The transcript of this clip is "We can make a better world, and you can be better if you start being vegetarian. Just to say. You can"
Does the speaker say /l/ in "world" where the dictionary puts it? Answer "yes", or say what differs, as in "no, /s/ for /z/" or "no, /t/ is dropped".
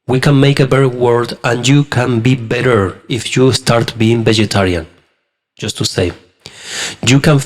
no, /l/ is dropped